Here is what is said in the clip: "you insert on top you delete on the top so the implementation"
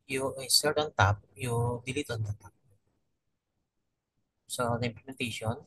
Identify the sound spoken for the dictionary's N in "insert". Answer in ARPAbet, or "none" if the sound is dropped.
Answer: none